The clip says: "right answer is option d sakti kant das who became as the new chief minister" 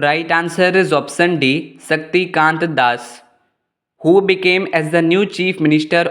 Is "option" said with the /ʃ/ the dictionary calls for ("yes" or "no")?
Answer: no